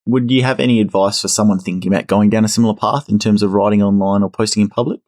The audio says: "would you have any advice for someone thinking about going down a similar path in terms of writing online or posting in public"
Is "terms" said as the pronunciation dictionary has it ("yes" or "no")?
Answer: yes